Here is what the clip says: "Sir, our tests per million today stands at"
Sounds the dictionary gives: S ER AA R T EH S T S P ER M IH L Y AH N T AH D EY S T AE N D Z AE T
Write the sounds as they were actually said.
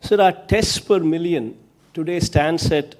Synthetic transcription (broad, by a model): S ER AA T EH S S P ER M IH L Y AH N T AH D EY S T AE N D S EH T